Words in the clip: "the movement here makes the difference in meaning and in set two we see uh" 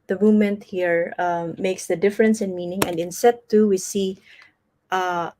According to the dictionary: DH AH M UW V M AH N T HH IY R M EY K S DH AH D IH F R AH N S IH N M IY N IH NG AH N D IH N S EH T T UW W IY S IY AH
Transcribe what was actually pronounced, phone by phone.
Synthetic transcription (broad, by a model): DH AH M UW M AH N T HH IY R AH EY K S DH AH D IH F R AH N S IH N M IY N IH NG AH N D IH N S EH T T UW W IY S IY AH